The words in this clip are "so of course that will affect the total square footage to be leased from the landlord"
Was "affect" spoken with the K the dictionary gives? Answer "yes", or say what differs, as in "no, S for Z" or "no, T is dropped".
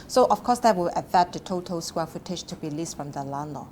no, K is dropped